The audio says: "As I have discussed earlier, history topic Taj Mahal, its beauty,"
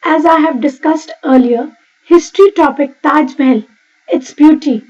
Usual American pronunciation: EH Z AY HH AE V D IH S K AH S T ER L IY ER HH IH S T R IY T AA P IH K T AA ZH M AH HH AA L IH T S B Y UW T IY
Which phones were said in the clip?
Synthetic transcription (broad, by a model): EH Z AY HH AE V D IH S K AH S T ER L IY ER HH IH S T R IY T AA P IH K T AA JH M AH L IH T S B Y UW T IY